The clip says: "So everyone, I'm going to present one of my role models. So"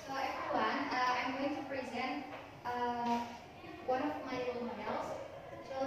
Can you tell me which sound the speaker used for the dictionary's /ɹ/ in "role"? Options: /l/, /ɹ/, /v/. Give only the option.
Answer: /l/